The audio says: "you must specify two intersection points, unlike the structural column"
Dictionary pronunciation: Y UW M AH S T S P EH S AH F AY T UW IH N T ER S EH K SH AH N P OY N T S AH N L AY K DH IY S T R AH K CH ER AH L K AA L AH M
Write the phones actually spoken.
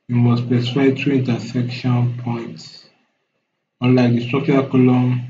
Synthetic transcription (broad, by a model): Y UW M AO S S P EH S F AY T UW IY N T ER S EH K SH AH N P OY N T S AH N L AY K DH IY S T R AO K CH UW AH K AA L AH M